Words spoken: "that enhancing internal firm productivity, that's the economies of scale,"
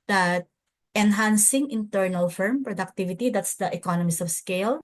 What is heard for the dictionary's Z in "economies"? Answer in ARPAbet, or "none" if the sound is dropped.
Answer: S